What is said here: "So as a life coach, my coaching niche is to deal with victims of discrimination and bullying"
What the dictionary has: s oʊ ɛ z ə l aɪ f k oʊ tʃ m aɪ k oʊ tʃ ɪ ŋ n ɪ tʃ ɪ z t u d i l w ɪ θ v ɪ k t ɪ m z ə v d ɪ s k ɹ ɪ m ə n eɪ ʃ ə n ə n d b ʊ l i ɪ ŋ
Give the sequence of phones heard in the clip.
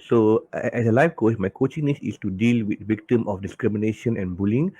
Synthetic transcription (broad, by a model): s oʊ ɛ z ə l aɪ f k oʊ s m aɪ k oʊ tʃ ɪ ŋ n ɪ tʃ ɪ s t u d i l w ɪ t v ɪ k t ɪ m ə f d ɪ s k ɹ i m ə n eɪ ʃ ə n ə n b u l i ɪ ŋ